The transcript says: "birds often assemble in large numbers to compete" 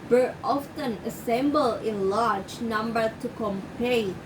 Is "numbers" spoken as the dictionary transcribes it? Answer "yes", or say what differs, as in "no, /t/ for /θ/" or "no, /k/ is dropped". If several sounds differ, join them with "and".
no, /z/ is dropped